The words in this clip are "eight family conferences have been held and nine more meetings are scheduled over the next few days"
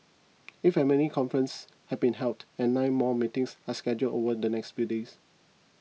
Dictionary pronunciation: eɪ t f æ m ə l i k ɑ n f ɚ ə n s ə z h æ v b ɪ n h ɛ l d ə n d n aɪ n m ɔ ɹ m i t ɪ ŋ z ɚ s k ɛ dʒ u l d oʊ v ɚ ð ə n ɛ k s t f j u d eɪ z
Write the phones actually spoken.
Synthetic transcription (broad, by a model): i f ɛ m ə n i k ɑ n f ɚ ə n s h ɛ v b ɪ n h ɛ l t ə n n aɪ n m ɔ m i t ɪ ŋ s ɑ s k ɛ dʒ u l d oʊ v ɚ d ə n ɛ k s t f j u d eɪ s